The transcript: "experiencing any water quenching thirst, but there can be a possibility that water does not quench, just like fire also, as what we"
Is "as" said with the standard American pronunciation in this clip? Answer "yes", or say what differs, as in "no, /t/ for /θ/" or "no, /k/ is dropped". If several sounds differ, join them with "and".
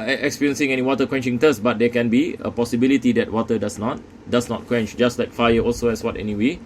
no, /s/ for /z/